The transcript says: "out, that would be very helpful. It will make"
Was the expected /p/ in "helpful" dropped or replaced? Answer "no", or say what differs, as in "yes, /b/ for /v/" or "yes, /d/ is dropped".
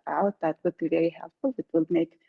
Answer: yes, /p/ is dropped